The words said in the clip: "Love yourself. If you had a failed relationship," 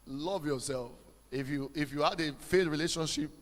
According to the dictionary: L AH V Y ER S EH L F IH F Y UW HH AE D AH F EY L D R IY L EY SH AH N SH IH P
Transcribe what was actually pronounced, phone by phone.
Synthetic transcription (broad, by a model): L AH V Y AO S EH L F IH F Y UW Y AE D AH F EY D R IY L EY SH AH N SH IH P